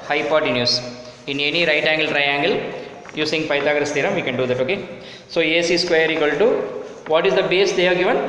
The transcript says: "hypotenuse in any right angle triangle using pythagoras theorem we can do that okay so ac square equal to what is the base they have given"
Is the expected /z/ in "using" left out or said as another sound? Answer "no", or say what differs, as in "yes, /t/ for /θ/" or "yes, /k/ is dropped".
yes, /s/ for /z/